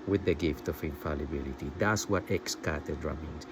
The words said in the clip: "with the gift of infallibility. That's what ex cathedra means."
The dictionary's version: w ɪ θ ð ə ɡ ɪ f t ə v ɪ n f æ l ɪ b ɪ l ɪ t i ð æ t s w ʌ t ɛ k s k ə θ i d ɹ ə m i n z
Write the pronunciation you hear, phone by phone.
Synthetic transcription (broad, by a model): w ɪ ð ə ɡ ɪ f t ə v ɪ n f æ l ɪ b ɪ l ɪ t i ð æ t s w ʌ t ɛ k s k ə t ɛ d ɹ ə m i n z